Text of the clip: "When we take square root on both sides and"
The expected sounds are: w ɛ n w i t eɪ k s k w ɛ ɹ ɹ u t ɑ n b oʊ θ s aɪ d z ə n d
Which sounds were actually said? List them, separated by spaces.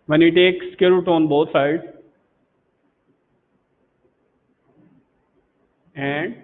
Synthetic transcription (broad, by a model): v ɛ n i t eɪ k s k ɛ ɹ ɹ u t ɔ n b oʊ t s aɪ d ə n d